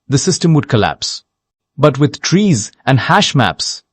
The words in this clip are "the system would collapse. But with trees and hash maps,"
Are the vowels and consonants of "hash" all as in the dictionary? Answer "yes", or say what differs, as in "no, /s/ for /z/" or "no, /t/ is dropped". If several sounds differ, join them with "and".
yes